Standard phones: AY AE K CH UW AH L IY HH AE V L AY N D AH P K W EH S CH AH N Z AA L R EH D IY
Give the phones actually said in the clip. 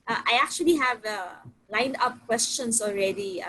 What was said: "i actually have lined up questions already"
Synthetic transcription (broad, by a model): AY AE K CH UW AH L IY HH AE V L AY N D AH P K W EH S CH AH N S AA L R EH D IY